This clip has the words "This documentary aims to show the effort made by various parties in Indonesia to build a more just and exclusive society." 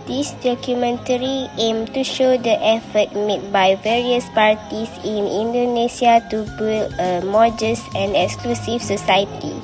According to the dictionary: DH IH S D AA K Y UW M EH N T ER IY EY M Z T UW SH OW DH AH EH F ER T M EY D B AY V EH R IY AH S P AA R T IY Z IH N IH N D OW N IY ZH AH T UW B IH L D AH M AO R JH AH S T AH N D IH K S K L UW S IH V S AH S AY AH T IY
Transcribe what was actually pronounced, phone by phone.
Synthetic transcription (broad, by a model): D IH S D AA K Y UW M EH N T ER IY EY M T UW SH OW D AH EH F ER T M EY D B AY V EH R IY AH S P AA R T IY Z IH N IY N D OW N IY S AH T UW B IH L AH M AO JH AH S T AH N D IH K S K L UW S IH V S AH S AY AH T IY